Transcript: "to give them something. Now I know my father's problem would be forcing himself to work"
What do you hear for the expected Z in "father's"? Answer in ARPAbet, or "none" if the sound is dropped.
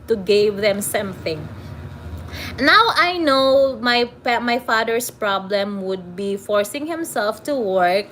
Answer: S